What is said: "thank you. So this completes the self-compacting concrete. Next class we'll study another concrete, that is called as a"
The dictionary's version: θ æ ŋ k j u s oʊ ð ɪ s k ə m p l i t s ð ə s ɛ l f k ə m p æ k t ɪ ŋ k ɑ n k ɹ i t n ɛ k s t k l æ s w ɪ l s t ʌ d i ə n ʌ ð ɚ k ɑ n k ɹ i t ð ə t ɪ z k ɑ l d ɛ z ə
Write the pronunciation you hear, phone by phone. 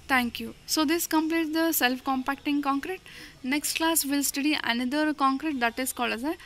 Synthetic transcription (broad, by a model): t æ ŋ k j u s oʊ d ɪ s k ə m p l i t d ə s ɛ l f k ə m p æ k t ɪ ŋ k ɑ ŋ k ɹ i t n ɛ k s t k l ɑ s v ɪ l s t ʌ d i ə n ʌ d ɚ k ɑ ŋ k ɹ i t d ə t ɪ s k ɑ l ʌ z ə